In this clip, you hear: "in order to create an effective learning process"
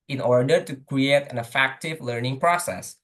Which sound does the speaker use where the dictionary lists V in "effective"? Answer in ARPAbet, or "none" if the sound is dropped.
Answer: V